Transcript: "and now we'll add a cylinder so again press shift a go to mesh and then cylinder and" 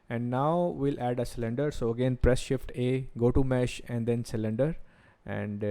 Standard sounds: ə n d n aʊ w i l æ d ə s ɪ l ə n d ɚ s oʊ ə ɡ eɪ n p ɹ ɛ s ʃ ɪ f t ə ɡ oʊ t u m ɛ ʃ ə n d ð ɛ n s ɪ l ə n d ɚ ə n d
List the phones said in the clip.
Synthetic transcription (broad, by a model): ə n d n aʊ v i l æ d ə s ɪ l ə n d ɚ s oʊ ə ɡ eɪ n p ɹ ɛ s ʃ ɪ f t ə ɡ oʊ t u m ɛ ʃ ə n d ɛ n s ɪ l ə n d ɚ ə n d